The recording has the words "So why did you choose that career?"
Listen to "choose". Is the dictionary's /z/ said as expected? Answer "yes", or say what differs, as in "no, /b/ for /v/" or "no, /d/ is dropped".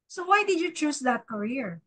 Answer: no, /s/ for /z/